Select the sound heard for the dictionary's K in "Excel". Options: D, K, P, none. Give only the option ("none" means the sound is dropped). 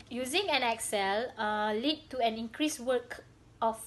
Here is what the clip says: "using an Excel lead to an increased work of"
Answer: K